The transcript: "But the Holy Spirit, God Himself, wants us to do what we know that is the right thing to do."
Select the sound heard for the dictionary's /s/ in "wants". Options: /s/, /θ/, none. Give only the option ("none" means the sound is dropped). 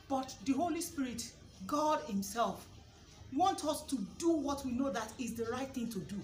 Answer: none